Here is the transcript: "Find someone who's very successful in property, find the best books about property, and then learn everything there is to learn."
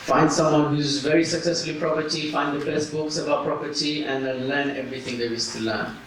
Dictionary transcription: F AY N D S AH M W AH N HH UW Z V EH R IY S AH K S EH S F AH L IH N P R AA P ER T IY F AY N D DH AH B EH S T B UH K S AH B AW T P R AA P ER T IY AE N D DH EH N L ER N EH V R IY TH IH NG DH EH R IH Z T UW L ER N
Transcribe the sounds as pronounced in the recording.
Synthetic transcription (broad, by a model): F AY N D S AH M W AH N HH UW Z V EH R IY S AH K S EH S F AH L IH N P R AA P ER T IY F AY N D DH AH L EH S B UH K S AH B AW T P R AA P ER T IY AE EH N L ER N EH V R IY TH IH NG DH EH W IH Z T UW L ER N